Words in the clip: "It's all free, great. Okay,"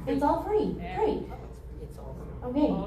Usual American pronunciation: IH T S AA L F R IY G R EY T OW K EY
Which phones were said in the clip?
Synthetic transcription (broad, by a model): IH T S AA L F R IY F R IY OW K EY